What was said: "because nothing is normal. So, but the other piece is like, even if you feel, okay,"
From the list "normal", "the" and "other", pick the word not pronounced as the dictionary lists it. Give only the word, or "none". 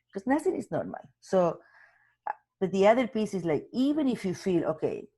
normal